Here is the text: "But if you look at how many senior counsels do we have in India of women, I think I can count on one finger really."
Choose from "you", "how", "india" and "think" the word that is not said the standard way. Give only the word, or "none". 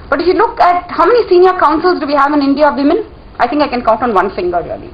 think